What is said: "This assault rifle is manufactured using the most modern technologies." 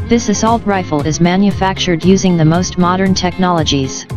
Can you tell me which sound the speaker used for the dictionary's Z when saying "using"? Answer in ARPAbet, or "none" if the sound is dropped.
Z